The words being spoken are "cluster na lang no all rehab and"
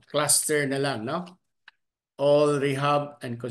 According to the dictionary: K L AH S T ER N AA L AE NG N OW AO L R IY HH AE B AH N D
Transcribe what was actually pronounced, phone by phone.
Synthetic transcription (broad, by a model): K L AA S T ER N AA L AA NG N OW AO L R IY HH AE B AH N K